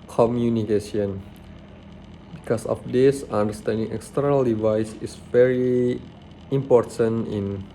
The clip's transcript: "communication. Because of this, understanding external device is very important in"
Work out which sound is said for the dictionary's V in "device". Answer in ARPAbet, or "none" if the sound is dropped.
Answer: V